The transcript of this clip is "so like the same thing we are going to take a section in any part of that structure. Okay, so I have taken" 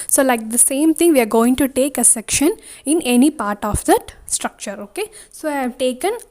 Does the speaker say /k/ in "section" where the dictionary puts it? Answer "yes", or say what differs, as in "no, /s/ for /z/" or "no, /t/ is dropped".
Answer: yes